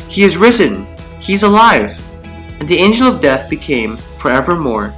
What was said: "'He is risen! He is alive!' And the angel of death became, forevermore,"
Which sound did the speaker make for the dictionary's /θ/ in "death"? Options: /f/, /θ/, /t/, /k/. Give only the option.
/θ/